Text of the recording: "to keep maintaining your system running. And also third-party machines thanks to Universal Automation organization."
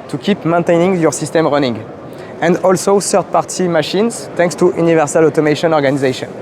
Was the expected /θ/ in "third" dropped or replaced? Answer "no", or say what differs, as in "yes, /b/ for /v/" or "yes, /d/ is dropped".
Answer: yes, /s/ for /θ/